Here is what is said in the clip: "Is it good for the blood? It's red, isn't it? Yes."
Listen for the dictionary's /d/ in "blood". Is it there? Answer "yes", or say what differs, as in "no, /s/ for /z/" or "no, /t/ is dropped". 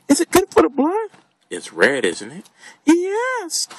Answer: no, /d/ is dropped